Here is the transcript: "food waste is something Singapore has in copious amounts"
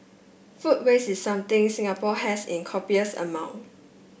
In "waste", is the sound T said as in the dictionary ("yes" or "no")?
no